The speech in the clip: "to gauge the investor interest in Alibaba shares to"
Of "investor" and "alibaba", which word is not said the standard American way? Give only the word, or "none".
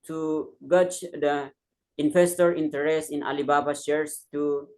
investor